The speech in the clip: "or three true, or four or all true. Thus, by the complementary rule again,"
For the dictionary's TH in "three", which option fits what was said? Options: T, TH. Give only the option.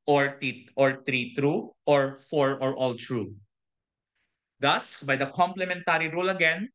T